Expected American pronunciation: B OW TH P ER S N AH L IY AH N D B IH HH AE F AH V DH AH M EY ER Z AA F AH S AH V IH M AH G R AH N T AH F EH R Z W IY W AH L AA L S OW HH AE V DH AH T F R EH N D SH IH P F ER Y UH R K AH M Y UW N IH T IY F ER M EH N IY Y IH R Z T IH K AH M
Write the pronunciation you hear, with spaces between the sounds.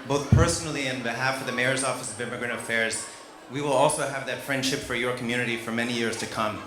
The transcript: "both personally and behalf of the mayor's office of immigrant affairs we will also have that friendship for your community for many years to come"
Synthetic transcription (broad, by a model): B OW TH P ER S N L IY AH N B IH HH AE F AH V DH AH M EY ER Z AA F AH S AH V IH M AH G R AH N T AH F EH R Z W IY W AH L AA L S OW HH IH V DH AH T F R EH N D SH IH P F ER Y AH R K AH M Y UW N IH T IY F ER M EH N IY Y IH R Z T IH K AH M